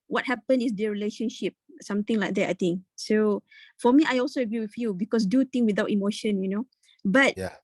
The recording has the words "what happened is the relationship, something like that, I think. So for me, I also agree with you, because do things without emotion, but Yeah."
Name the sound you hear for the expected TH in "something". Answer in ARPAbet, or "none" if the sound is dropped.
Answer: T